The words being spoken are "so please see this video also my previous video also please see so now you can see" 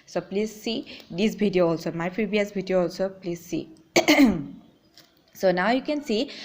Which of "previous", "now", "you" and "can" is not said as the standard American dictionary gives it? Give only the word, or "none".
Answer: previous